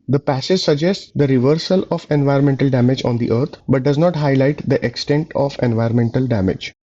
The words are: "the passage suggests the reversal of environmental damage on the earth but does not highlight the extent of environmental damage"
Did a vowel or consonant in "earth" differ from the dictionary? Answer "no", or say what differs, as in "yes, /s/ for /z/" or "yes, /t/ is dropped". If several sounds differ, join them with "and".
yes, /t/ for /θ/